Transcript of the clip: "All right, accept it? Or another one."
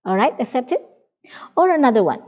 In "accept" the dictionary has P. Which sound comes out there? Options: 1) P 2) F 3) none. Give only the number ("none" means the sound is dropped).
1